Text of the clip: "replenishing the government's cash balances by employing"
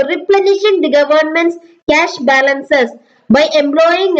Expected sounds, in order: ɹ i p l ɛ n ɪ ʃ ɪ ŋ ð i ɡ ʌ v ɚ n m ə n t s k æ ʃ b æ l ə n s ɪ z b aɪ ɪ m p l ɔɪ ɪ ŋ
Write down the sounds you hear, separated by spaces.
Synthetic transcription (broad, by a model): ɹ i p l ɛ n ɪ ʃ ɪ ŋ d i ɡ ʌ v ɚ n m ə n t s k æ ʃ b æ l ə n s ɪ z b aɪ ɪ m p l ɔɪ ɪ ŋ